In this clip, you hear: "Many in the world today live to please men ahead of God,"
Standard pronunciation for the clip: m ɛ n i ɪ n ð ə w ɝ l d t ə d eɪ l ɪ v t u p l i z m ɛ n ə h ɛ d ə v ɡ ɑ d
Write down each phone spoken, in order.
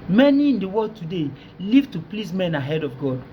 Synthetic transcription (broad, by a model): m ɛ n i ɪ n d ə w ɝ d t ə d eɪ l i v t u p l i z m ɛ n ə h ɛ d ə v ɡ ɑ d